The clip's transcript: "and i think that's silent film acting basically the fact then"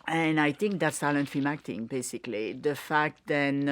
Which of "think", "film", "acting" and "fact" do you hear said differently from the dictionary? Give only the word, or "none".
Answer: film